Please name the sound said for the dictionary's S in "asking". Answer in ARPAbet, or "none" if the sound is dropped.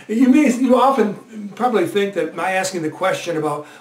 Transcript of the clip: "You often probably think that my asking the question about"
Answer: S